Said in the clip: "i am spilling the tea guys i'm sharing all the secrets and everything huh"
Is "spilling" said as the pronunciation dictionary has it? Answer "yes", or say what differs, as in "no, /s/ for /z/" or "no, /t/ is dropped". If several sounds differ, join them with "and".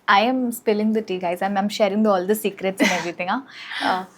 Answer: yes